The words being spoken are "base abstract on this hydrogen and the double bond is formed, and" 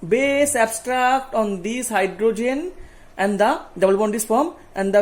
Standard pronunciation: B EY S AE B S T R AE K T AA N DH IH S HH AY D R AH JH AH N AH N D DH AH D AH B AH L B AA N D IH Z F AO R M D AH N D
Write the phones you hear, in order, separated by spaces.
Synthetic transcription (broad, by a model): B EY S AE B S T R AE K T AA N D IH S HH AY D R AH JH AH N AH N D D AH D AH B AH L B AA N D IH S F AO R M AH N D